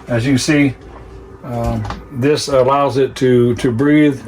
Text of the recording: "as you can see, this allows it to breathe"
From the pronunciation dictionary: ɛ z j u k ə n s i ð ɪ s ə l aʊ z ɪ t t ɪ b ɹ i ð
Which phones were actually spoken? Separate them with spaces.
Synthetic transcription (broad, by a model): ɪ z j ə s i ð ɪ s ə l aʊ z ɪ t t ɪ b ɹ i ð